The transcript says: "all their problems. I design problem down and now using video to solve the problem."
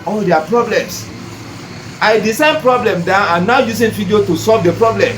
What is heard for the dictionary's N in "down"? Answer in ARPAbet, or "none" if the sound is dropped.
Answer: none